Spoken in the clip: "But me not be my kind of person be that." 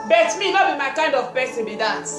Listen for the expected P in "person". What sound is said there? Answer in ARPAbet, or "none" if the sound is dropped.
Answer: B